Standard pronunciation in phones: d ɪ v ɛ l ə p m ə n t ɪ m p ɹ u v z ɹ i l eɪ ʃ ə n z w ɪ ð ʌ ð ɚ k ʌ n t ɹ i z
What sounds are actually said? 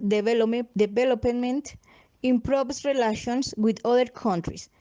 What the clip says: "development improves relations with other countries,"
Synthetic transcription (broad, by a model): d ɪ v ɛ l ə p m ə n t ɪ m p ɹ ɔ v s ɹ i l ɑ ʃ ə n s w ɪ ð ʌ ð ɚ k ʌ n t ɹ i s